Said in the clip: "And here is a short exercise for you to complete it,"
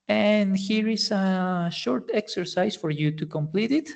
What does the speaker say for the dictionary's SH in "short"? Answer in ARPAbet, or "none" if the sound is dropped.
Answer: SH